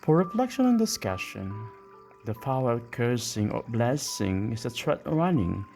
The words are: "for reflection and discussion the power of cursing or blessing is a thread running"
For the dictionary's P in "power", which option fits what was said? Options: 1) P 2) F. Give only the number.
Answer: 2